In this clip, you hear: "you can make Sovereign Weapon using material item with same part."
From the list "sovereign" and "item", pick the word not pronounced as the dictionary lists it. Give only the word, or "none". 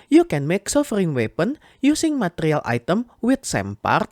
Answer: sovereign